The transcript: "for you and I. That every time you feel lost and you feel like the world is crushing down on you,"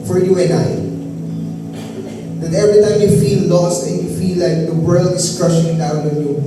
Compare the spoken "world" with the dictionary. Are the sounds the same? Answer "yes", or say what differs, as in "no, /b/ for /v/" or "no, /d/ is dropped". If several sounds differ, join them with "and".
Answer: yes